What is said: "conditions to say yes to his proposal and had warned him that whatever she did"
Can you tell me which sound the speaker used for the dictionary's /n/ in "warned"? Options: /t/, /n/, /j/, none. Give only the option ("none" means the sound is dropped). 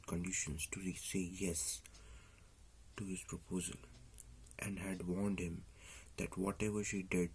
/n/